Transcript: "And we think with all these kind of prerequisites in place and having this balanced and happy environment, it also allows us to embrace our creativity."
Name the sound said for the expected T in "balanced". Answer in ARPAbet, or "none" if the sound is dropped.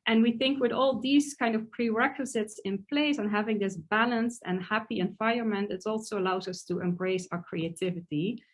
T